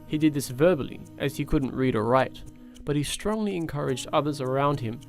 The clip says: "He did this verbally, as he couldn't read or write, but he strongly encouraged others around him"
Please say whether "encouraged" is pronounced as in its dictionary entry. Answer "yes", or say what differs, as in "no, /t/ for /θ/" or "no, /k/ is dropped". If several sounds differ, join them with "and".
yes